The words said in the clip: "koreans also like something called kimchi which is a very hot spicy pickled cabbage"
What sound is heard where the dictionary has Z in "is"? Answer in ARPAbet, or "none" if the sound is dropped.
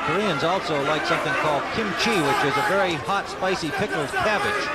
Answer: Z